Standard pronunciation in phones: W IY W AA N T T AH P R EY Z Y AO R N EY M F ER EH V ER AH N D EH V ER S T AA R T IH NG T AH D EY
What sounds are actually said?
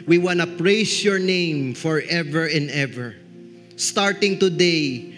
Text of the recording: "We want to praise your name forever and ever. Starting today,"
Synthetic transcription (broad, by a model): W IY W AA N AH P R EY S Y AO R N EY M F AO EH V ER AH N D EH V ER S T AA R T IH NG T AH D EY